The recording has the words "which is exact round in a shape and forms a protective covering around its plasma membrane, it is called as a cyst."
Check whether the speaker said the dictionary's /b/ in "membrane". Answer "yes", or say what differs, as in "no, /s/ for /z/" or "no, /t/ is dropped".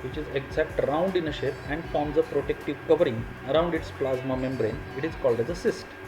yes